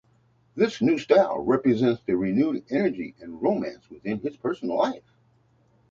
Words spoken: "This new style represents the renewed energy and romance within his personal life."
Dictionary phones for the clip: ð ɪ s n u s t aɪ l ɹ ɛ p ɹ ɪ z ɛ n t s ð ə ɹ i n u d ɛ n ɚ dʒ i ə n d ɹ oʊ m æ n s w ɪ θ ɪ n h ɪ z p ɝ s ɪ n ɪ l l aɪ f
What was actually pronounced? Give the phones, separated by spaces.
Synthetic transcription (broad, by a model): ð ɪ s n u s t aɪ l ɹ ɛ p ɹ ɪ z ɛ n t s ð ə ɹ i n u d ɛ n ɚ dʒ i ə n ɹ oʊ m æ n s w ɪ θ ɪ n ɪ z p ɝ s n l l aɪ f